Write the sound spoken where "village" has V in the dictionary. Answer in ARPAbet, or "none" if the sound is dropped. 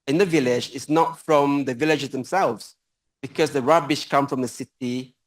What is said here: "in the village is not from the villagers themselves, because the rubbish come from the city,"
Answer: V